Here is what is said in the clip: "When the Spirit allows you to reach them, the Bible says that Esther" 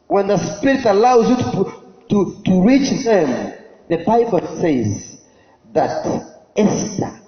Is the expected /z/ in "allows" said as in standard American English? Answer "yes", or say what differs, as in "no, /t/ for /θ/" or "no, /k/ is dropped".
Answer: yes